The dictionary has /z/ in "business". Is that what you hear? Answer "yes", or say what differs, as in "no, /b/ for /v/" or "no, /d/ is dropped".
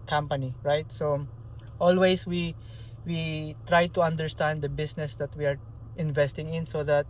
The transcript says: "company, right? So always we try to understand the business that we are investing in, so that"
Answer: no, /s/ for /z/